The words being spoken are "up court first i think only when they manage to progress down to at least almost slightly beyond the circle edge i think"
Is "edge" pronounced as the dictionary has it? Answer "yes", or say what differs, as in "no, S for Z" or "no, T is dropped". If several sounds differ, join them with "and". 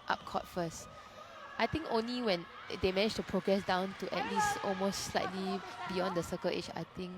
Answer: no, CH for JH